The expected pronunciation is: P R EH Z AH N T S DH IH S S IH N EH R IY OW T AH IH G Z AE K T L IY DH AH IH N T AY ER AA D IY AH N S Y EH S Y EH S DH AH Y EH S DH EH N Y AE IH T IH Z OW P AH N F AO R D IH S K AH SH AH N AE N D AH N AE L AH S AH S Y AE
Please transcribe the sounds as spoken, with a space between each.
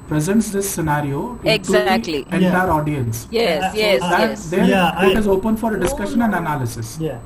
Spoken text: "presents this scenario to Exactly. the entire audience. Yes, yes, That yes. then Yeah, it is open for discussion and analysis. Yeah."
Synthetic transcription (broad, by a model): P R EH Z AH N T S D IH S S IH N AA R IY OW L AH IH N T IY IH T AA D IY AH N S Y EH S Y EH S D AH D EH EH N IH T IH Z OW P AH N F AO R D IH S K AH SH AH N AE N D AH N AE L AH S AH S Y